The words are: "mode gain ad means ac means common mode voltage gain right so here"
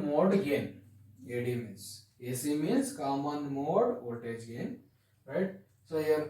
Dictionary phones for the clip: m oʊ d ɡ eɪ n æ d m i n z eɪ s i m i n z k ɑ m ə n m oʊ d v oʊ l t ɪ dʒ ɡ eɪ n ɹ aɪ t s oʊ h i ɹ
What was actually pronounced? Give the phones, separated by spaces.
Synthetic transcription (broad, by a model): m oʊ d ɡ eɪ n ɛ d m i n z eɪ s i m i n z k ɑ m ə n m oʊ d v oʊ t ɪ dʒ ɡ eɪ n ɹ aɪ t s oʊ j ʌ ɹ